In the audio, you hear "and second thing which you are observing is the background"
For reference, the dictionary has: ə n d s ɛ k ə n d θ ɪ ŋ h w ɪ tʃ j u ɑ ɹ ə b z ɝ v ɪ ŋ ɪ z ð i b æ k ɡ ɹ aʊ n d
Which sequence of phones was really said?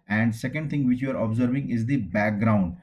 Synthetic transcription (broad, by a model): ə n d s ɛ k ə n d t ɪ ŋ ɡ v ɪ tʃ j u ɑ ɹ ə b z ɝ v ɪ ŋ ɪ z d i b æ k ɡ ɹ aʊ n d